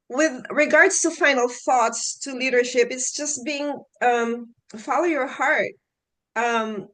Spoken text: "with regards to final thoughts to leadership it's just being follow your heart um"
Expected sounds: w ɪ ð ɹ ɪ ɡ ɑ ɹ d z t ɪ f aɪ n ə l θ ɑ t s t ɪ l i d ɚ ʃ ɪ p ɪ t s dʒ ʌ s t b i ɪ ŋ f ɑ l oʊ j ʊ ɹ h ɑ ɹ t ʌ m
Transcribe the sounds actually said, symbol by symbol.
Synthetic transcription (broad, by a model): w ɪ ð ɹ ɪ ɡ ɑ ɹ d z t ɪ f aɪ n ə l θ ɑ t s t ɪ l i d ɚ ʃ ɪ p ɪ t s dʒ ʌ s t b i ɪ ŋ f ɑ l oʊ j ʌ ɹ h ɑ ɹ t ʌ m